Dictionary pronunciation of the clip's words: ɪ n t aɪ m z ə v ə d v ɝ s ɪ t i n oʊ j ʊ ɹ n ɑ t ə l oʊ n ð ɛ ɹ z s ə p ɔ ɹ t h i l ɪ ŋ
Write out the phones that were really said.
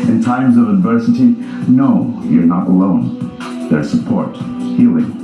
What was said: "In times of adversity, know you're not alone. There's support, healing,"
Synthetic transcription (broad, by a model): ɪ n t aɪ m z ə v ə d v ɝ s ɪ t i n oʊ j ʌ ɹ n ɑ t ə l oʊ n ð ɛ ɹ s ə p ɔ ɹ t h i l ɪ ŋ